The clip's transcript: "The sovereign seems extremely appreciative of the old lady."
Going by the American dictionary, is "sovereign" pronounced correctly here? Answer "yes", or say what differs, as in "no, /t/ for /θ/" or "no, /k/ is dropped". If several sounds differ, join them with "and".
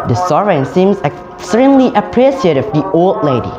no, /v/ is dropped